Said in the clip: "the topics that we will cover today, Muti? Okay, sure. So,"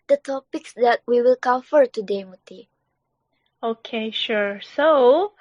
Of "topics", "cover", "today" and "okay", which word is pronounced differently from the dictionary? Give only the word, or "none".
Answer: cover